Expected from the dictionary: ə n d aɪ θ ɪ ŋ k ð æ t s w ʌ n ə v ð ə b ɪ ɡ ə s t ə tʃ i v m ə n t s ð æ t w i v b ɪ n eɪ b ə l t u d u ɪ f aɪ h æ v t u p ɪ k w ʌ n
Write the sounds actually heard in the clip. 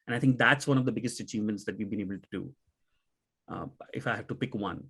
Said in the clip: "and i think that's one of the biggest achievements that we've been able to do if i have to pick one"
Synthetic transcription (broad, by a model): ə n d aɪ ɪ ŋ k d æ t s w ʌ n ə v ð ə b ɪ ɡ ə s t ə tʃ i v m ə n t s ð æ t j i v b ɪ n eɪ b ə l t u d u ɪ f aɪ h æ v t u p ɪ k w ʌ n